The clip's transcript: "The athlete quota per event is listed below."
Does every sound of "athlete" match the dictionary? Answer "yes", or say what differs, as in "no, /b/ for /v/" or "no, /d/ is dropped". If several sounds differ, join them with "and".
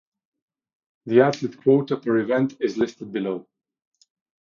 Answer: no, /t/ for /θ/